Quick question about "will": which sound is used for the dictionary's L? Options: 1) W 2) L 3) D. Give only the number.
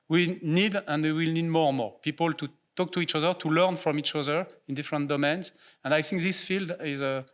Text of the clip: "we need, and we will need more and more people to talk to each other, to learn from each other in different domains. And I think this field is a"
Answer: 2